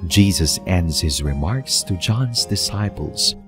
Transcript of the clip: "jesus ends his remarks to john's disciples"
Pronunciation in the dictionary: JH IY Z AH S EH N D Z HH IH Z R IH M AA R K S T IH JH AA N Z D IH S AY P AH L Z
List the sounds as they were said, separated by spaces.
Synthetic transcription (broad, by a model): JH IY Z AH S EH N D Z HH IH Z R IH M AA R K S T IH JH AA N Z D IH S AY P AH L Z